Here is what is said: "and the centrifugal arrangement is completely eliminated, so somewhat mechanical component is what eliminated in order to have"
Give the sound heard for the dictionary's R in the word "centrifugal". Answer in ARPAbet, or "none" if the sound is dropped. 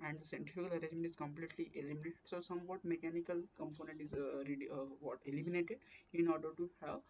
none